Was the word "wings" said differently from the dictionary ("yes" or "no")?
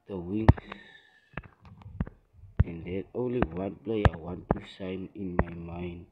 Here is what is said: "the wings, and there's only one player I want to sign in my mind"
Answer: yes